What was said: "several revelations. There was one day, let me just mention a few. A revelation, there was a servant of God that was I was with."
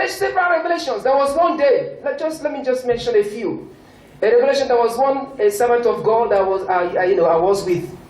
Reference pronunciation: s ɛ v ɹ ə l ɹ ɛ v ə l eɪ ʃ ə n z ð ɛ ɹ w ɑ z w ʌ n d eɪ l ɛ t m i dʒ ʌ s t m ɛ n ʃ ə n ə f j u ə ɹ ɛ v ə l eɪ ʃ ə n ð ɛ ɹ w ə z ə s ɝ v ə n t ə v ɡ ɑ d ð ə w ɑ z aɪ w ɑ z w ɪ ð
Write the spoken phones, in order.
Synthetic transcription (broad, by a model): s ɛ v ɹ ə ɹ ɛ v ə l eɪ ʃ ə n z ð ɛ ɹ w ɑ z w ʌ n d eɪ l ɛ t m i dʒ ʌ s t m ɛ n ʃ ə n ə f j u ə ɹ ɛ v ə l eɪ ʃ ə n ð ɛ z w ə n ə s ɝ v ə n t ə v ɡ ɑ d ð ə w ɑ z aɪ w ɑ z w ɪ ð